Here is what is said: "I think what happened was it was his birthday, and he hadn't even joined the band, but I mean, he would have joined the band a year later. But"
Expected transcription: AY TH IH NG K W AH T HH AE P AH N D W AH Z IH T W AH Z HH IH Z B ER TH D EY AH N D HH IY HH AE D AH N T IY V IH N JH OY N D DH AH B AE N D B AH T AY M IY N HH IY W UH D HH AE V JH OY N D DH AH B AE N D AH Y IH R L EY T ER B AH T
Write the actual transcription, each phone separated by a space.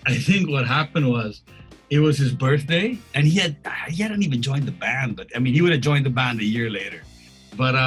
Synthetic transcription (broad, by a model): AY TH IH NG K W AH T HH AE P AH N D W AH Z IH T W AH Z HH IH Z B ER TH D EY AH N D HH IY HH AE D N T IY V IH N JH OY N DH AH B AE N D B AH T AY M IY N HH IY W UH D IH V JH OY N DH AH B AE N D AH Y IH R L EY T ER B AH T